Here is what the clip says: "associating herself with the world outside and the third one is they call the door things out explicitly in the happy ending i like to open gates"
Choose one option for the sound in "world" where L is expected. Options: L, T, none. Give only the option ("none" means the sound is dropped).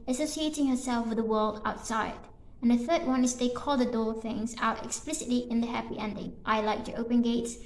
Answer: L